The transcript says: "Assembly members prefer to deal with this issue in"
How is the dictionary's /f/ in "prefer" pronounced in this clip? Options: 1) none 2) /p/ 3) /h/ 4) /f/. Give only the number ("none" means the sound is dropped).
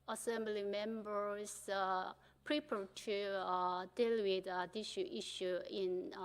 2